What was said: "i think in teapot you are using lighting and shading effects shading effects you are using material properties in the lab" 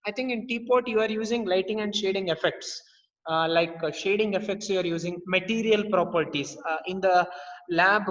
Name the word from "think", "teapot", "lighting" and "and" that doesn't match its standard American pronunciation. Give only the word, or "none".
think